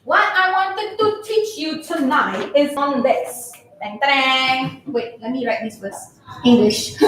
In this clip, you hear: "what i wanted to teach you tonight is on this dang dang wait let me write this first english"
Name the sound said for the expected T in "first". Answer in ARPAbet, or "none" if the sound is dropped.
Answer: none